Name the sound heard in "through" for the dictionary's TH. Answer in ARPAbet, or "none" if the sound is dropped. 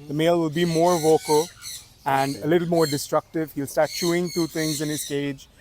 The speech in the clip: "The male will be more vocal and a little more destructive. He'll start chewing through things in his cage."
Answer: T